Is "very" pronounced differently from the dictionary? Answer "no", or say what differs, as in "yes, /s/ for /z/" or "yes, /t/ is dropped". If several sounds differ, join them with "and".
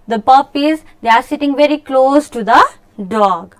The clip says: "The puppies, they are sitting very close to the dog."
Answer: no